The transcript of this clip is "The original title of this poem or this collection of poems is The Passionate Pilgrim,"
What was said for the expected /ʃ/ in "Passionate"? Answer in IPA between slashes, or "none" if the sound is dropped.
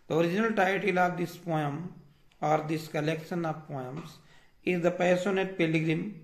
/s/